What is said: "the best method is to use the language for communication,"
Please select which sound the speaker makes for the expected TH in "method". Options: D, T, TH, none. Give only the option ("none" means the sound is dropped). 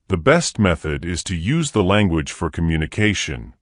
TH